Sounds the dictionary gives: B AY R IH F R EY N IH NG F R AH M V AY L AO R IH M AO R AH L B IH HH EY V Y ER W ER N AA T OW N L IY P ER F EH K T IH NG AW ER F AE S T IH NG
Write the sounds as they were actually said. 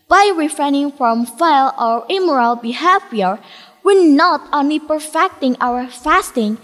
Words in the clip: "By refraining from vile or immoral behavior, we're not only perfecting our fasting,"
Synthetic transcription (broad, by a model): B AY R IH F R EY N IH NG F R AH M F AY L AO R IH M AO R AH L B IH HH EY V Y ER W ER N AA T OW N L IY P ER F EH K T IH NG AW ER F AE S T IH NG